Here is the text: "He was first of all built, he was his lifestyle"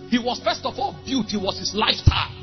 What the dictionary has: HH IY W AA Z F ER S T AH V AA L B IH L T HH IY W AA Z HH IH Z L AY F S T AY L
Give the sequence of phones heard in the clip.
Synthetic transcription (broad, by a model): HH IY W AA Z F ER S T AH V AA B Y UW T HH IY W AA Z HH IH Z L AY F T AY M